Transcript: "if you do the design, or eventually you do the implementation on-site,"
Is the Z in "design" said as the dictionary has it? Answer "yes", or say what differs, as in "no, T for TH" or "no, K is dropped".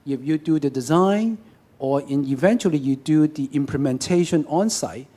yes